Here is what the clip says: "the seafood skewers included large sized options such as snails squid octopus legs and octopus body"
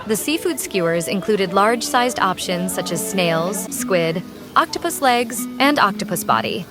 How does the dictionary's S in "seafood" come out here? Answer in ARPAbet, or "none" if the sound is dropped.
S